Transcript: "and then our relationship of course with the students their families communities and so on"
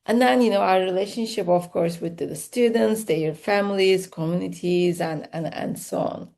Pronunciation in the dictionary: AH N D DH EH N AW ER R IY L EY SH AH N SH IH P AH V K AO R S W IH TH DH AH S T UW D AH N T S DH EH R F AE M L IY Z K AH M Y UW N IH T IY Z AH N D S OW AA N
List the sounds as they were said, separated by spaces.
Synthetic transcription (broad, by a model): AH N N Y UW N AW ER R IY L EY SH AH N SH IH P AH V K AO R S W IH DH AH S T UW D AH N T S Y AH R F AE M L IY Z K AH M Y UW N IH T IY Z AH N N S OW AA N